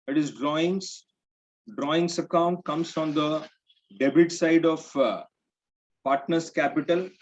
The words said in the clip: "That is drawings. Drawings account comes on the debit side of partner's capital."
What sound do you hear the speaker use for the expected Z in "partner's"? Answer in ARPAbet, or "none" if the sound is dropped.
S